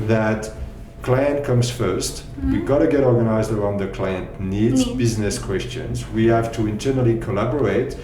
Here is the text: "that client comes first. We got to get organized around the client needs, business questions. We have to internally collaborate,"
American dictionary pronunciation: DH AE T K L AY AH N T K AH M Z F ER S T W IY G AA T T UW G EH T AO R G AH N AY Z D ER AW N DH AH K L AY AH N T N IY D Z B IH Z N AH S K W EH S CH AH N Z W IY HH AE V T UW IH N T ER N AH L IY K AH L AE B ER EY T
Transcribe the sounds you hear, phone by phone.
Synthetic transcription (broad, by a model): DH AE T K L AY AH N T K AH M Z F ER S T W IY G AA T T UW G EH T AO R G AH N AY Z D ER AW N DH AH K L AY AH N T N IY D Z B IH Z N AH S K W EH S CH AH N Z W IY HH AE V T UW IH N T ER N AH L IY K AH L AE B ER EY T